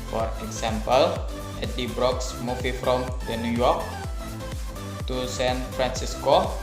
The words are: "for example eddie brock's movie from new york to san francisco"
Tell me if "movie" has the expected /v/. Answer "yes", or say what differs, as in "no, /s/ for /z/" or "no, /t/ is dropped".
no, /f/ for /v/